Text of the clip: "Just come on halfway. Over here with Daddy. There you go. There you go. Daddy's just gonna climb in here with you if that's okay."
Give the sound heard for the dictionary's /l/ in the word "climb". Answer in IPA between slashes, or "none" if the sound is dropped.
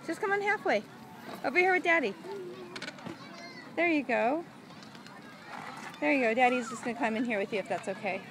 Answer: none